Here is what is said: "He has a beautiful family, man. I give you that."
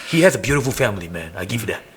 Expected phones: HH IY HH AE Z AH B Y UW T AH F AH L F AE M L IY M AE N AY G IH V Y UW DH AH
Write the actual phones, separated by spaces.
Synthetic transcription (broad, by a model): HH IY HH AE Z AH B Y UW T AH F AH L F AE M L IY M AE N AY G IH V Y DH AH